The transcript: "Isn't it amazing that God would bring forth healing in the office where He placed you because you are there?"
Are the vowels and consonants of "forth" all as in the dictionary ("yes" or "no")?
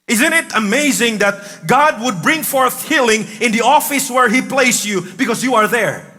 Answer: yes